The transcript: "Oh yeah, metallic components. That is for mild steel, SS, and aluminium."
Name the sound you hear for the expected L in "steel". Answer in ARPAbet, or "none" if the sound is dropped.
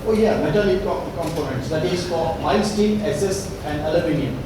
N